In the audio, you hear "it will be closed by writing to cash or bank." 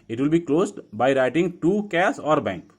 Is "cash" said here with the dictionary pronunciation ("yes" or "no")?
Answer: no